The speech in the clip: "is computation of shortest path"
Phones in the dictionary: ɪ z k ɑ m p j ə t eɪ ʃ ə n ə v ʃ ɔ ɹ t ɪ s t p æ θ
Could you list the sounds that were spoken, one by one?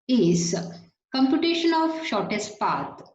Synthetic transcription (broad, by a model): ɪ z k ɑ m p j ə t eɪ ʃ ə n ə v ʃ ɔ ɹ t ɪ s t p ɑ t